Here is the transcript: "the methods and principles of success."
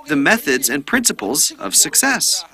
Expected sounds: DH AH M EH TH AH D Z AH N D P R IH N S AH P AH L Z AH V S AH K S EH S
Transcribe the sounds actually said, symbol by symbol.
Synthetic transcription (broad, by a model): DH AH M EH TH AH D Z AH N P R IH N S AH P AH L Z AH V S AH K S EH S